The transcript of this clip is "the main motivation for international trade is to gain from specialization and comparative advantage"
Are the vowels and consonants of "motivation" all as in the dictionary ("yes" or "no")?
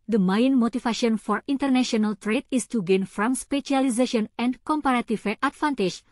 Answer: no